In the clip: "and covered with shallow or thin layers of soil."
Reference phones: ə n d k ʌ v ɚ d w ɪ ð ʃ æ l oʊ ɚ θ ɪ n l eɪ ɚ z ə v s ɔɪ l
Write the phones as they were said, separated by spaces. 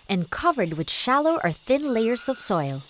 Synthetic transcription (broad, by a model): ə n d k ʌ v ɚ d w ɪ ð ʃ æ l oʊ ɚ θ ɪ n l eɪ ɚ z ə v s ɔɪ l